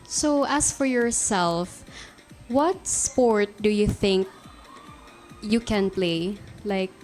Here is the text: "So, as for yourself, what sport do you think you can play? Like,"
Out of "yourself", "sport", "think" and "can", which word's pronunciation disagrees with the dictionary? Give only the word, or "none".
none